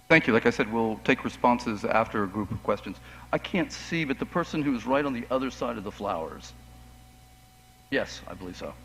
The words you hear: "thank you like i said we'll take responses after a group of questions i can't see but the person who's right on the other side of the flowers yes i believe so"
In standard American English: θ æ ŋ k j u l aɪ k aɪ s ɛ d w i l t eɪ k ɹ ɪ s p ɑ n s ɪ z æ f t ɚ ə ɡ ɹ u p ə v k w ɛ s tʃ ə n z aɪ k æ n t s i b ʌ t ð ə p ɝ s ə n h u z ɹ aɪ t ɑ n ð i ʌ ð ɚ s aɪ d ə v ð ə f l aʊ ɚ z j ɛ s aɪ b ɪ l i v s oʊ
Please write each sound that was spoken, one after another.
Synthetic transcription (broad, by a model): θ æ ŋ k j u l aɪ k aɪ s ɛ d w i l t eɪ k ɹ ɪ s p ɑ n s ɪ z æ f t ɚ ə ɡ ɹ u p ə v k w ɛ s tʃ ə n z aɪ k æ n t s i b ʌ t ð ə p ɝ s ə n h u z ɹ aɪ t n ð i ʌ ð ɚ s aɪ d ə v ð ə f l aʊ ɚ z j ɛ s aɪ b ɪ l i v s oʊ